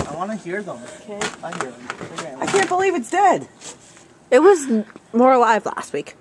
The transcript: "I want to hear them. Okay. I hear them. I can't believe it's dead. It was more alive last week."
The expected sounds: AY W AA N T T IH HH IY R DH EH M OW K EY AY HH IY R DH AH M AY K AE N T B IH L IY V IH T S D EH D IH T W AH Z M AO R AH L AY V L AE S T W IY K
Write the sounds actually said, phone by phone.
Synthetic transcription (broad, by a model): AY W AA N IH HH IY R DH OW K EY AY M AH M AY K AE N B IH L IY V IH T S D EH D IH T W AH Z M AO R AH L AY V L AE S T W IY K